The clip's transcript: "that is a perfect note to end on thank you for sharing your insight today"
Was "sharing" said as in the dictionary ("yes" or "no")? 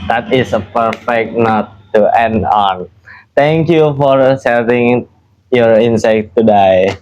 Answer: no